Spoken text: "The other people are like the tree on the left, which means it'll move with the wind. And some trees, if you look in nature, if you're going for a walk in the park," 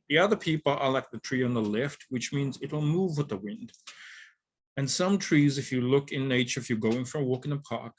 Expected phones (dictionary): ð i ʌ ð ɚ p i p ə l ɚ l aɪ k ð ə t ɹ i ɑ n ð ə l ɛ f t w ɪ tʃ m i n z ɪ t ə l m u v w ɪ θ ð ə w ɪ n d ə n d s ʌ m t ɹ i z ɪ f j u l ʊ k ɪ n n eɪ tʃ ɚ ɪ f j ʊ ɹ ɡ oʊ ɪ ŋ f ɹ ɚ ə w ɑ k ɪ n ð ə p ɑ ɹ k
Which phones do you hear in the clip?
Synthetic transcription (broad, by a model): ð i ʌ ð ɚ p i p l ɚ l aɪ k ð ə t ɹ i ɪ n ð ə l ɛ f t w ɪ tʃ m i n z ɪ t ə l m u v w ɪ ð ə w ɪ n d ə n s ʌ m t ɹ i z ɪ f j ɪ l ʊ k ɪ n n eɪ tʃ ɚ ɪ f j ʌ ɹ ɡ oʊ ɪ ŋ f ɹ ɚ ə w ɑ k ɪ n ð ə p ɑ ɹ k